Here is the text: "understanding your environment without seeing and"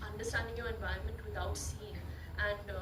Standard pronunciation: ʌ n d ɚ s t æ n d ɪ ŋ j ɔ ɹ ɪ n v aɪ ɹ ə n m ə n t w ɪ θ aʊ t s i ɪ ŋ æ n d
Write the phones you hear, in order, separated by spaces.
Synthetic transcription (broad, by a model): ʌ n d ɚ s t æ n d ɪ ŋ j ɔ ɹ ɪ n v aɪ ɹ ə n m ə n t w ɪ t aʊ t s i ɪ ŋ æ n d